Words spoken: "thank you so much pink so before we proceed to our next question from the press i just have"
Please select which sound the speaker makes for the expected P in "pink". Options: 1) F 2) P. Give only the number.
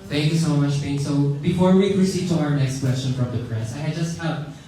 1